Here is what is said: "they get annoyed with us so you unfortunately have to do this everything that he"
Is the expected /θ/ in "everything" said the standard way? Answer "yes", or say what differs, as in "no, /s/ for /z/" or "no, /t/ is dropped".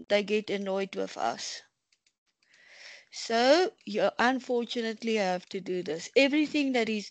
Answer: yes